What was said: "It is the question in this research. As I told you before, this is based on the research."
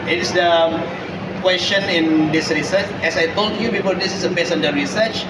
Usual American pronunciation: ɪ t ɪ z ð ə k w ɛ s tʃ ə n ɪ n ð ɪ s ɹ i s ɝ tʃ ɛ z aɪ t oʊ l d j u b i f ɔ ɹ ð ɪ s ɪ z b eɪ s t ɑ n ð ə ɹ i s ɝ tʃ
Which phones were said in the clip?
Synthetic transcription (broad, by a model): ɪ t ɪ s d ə k w ɛ s tʃ ə n ɪ n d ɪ s ɹ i s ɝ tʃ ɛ s aɪ t oʊ l d j u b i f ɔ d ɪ s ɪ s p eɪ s ɑ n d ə ɹ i s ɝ tʃ